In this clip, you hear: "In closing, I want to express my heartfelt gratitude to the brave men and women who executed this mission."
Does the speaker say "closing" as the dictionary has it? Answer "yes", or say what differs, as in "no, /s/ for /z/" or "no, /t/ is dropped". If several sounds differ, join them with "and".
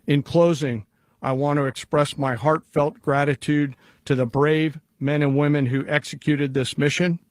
yes